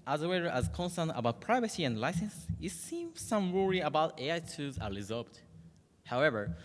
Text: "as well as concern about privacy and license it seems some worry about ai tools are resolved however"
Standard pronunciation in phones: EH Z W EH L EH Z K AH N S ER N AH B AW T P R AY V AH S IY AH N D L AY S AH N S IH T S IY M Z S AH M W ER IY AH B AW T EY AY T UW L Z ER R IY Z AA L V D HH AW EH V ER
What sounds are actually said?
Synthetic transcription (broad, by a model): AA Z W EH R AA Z K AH N S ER N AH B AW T P R AY V AH S IY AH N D L AY S AH N S IH T S IY M Z S AH M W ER IY AH B AW T EY AY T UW Z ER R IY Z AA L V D HH AW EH V ER